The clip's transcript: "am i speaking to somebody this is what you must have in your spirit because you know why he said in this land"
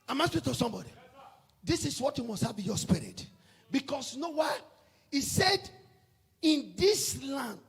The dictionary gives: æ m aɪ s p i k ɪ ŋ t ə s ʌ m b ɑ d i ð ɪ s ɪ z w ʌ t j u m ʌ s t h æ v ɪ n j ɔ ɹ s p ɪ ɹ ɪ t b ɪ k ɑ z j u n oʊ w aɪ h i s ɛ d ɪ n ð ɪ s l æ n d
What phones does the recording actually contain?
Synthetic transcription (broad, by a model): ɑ m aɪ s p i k t ə s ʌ m b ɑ d i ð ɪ s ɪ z w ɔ t j u m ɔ s t h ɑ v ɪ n j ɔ s p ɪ ɹ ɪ t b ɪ k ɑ s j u n oʊ w aɪ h i s ɛ d ɪ n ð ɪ s l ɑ n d